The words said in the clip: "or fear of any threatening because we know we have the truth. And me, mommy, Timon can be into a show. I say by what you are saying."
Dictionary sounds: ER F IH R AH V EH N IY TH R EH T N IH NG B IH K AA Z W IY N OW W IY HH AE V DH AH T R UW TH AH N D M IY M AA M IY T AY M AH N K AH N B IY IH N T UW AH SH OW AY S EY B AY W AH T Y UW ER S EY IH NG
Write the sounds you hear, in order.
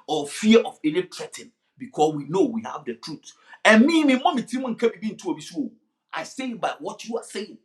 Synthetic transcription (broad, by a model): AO F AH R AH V EH N IY T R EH T IH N B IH K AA S W IY N OW W IY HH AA V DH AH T R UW T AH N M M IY M AA M IY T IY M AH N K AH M B IY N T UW AH S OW AY S EY B AY W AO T Y UW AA S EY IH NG